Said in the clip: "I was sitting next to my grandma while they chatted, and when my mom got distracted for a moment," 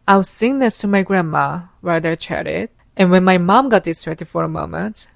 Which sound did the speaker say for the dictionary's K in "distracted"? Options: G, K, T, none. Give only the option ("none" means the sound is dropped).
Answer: none